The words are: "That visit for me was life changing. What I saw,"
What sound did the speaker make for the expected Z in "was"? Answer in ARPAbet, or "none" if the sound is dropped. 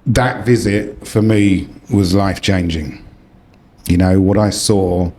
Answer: Z